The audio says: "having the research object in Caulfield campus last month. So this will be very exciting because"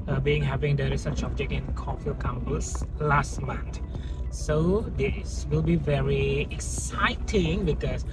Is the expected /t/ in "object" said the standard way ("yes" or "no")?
no